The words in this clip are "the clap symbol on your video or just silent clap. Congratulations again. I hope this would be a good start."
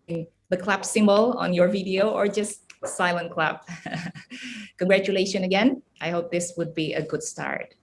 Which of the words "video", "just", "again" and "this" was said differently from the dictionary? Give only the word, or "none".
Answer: none